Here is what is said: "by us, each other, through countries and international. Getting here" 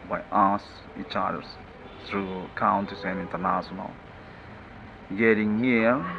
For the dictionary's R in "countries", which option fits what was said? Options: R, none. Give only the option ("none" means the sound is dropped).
none